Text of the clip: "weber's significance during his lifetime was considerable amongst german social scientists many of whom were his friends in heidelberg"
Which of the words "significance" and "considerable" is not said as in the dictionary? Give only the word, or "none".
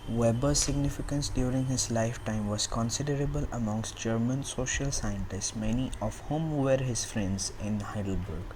none